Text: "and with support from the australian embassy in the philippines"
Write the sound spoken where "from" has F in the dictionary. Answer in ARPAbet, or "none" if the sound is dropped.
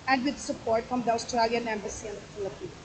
F